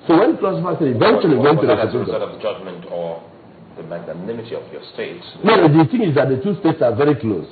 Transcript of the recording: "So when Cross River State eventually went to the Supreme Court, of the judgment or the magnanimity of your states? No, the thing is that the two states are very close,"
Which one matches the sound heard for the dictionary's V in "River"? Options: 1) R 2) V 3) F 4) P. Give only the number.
3